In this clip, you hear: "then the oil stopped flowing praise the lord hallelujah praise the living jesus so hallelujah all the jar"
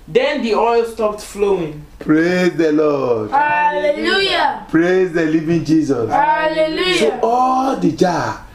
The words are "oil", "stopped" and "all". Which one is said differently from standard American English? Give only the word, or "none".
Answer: none